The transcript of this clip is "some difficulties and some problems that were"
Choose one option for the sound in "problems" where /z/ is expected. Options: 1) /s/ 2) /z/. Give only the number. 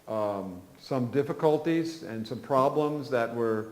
2